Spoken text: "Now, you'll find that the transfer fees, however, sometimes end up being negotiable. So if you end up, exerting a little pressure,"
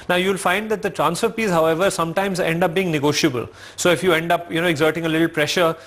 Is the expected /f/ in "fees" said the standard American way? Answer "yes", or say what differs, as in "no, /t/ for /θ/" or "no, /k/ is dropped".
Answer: no, /p/ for /f/